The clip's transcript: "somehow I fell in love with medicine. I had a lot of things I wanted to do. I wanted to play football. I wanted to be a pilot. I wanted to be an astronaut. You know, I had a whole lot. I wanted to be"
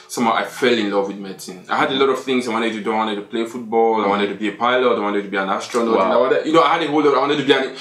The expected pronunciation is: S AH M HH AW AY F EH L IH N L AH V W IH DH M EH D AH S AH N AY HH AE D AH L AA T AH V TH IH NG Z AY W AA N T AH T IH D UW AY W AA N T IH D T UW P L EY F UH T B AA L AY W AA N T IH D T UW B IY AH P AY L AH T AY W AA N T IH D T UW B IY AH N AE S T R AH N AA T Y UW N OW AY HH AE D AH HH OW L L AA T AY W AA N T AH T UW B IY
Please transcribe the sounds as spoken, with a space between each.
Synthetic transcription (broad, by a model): S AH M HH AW AY F EH L IH N L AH V W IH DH M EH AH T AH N AY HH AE D AH L AA T AH V TH IH NG Z AY W AA N T AH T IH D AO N W AA N T IH D T UW P L EY F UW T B AA L AY W AA N T IH D T UW B IY AH P AY L AH T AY W AA N T IH D T UW B IY AH N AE S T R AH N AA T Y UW N OW AY HH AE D AH HH OW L L AA T AY W AA N T AH T UW B IY